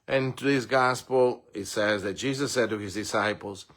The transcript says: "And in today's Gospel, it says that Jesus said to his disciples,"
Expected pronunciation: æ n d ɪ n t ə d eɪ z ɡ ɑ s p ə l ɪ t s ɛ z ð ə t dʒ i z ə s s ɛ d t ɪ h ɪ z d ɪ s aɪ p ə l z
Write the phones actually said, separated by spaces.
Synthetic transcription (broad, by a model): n ɪ n t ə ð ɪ s ɡ ɑ s p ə l ɪ t s ɛ z ð ə t dʒ i z ə s s ɛ d t ɪ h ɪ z d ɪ s aɪ p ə l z